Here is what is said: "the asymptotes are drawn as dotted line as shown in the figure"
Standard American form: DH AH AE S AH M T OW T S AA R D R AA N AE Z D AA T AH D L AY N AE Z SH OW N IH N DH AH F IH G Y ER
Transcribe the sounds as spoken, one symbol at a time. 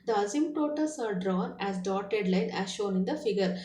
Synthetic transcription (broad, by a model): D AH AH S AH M T OW T S AA R D R AA N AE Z D AA T AH D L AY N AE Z SH OW N IH N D AH F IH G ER